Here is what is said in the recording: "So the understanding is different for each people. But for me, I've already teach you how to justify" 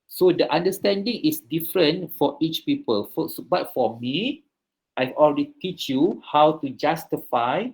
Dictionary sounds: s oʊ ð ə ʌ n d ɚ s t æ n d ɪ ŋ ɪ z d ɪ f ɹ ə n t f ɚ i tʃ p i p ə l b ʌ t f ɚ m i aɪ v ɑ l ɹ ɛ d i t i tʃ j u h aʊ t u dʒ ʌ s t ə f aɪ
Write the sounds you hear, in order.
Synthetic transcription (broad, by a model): s oʊ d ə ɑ n d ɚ s t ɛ n d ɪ ŋ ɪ s d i f ɹ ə n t f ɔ i tʃ p i p ə l b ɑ t f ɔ m i aɪ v ɑ l ɹ ɛ d i t i tʃ j u h aʊ t u dʒ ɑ s t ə f aɪ